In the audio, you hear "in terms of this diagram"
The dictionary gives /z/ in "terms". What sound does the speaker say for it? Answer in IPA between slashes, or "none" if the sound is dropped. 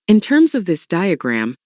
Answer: /z/